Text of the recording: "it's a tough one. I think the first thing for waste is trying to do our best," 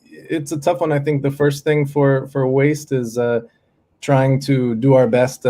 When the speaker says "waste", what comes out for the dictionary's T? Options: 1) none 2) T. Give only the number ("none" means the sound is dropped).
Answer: 2